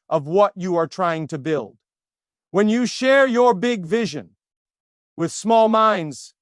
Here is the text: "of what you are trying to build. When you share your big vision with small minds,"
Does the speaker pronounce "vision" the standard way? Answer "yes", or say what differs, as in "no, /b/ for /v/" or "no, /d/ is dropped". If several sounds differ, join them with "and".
yes